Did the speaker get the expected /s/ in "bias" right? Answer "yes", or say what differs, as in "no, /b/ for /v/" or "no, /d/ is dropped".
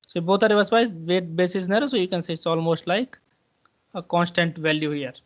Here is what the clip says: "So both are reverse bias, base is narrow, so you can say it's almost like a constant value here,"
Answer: no, /s/ is dropped